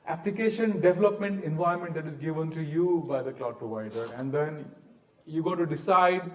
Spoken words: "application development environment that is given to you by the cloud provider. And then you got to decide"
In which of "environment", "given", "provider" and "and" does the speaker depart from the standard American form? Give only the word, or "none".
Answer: environment